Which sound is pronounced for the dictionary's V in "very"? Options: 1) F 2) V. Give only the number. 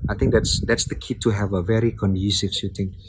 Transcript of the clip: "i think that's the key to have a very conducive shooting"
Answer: 2